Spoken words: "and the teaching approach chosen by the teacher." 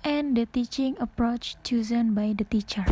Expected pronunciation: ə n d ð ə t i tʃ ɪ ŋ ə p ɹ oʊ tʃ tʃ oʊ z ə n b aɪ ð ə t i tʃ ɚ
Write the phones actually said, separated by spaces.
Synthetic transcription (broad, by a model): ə n d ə t i tʃ ɪ ŋ ə p ɹ oʊ tʃ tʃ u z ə n b aɪ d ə t i tʃ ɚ